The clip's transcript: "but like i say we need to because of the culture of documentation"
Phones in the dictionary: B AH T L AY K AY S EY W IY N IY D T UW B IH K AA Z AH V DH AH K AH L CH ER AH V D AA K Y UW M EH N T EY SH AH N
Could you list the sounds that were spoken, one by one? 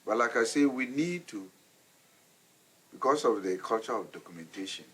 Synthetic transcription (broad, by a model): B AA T L AY K AY S EY W IY N IY D T UW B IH K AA S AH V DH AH K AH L CH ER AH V D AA K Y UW M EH N T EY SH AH N